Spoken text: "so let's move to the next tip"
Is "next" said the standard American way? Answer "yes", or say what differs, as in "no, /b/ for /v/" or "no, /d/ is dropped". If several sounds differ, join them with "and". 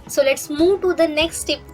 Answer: yes